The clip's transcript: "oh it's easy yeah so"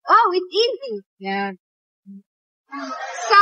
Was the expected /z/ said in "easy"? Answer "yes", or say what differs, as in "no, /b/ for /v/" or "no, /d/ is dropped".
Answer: yes